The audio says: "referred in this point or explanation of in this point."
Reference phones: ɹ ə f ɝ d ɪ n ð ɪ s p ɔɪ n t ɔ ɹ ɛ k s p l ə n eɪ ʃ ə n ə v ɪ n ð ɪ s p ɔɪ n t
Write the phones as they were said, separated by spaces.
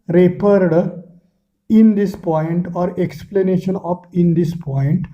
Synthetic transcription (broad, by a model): ɹ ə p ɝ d ɪ n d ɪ s p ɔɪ n t ɔ ɹ ɛ k s p l ə n eɪ ʃ ə n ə p ɪ n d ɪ s p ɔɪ n t